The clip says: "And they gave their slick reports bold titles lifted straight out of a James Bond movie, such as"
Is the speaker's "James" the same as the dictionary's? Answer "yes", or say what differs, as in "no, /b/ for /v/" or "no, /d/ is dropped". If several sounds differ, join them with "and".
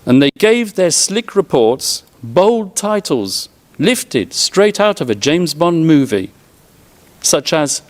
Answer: yes